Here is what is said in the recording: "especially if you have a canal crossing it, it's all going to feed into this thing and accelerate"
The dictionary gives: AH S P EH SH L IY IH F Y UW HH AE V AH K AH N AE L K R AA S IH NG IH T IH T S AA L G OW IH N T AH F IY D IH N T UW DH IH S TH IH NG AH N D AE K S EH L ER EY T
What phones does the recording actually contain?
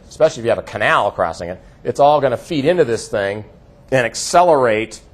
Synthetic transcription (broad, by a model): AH S P EH SH L IY IH F Y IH V AH K AH N AE L K R AA S IH NG IH T IH T S AA L G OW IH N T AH F IY D IH N T UW DH IH S TH IH NG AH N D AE K S EH L ER EY T